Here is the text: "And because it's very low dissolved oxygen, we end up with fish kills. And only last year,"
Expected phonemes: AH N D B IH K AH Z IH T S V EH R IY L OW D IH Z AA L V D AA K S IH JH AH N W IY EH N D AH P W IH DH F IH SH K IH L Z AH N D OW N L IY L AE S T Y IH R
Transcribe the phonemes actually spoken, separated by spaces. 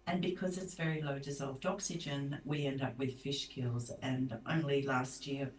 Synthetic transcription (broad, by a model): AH N B IH K AH Z IH T S V EH R IY L OW D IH Z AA L V D AA K S IH JH AH N W IY EH N D AH P W IH DH F IH SH K IH L Z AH N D OW N L IY L AE S T Y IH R